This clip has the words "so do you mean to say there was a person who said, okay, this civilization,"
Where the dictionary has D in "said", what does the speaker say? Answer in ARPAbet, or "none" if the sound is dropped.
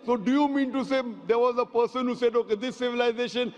D